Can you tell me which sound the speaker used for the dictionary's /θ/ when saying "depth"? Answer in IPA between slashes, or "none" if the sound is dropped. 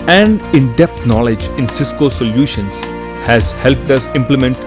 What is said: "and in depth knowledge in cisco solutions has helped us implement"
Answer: /t/